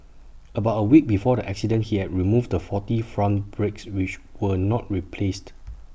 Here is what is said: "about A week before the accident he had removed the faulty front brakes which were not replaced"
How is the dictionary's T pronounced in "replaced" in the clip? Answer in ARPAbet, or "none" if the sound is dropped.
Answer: T